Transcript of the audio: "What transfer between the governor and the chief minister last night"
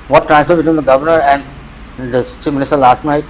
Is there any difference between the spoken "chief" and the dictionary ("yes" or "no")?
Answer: no